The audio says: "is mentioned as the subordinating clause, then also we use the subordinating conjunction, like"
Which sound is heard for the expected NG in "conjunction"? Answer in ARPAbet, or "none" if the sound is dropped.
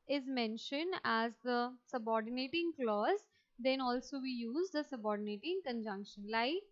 NG